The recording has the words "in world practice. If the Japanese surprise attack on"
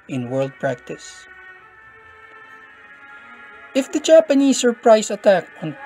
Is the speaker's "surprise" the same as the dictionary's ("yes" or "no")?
no